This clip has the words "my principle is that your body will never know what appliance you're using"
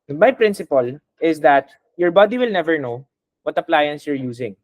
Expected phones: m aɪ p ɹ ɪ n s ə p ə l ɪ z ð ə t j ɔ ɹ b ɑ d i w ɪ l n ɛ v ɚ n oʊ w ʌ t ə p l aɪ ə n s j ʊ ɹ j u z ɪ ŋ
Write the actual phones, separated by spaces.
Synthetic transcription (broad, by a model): m aɪ p ɹ ɪ n s ə p ə l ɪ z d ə t j ɔ ɹ b ɑ d i w ɪ l n ɛ v ɚ n oʊ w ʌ t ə p l aɪ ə n s j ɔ ɹ j u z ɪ ŋ